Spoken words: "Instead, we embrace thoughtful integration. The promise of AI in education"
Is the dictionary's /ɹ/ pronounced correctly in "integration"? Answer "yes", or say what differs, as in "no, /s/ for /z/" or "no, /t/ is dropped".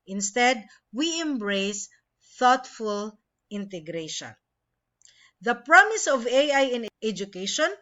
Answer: yes